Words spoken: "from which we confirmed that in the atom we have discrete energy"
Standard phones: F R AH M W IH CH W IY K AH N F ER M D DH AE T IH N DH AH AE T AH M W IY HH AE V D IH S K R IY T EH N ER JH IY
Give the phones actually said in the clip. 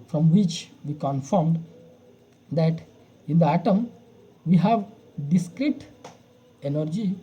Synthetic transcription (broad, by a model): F R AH M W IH CH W IY K AH N F ER M D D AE T IH N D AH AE T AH M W IY HH AE V D IH S K R IY T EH N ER JH IY